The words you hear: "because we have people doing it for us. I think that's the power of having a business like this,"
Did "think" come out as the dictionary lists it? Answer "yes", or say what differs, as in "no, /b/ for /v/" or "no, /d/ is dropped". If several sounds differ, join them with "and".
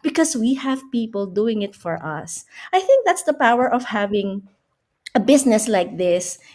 yes